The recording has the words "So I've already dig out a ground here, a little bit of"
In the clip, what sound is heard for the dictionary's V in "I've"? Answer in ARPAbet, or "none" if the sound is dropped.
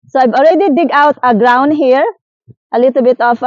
B